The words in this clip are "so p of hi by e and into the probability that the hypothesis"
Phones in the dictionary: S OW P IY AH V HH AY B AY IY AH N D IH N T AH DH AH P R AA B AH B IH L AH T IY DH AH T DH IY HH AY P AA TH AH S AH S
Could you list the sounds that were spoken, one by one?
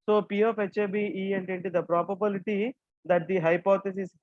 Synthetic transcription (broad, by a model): S OW P IY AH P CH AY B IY IY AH N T IH N T AH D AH P R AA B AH B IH L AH T IY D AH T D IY HH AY P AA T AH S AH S